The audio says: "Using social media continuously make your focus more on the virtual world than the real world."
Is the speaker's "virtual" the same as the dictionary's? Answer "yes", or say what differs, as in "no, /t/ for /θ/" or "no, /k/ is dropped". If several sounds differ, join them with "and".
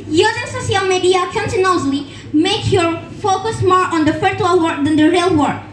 no, /f/ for /v/